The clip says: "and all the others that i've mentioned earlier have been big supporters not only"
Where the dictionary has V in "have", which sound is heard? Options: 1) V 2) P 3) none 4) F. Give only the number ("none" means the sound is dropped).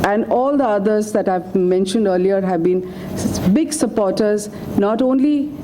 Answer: 1